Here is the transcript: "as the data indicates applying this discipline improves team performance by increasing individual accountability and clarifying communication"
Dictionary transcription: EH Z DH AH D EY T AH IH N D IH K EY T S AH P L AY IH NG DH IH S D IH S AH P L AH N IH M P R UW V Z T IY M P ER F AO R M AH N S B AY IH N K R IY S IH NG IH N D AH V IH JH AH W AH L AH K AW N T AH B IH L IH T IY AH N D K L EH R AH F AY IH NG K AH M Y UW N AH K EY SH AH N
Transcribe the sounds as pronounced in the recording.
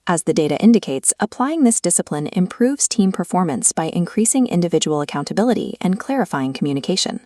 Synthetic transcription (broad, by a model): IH Z DH AH D EY T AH IH N D IH K EY T S AH P L AY IH NG DH IH S D IH S AH P L AH N IH M P R UW V Z T IY M P ER F AO R M AH N S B AY IH N K R IY S IH NG IH N D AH V IH JH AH W L AH K AW N T AH B IH L IH T IY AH N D K L EH R AH F AY IH NG K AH M Y UW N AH K EY SH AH N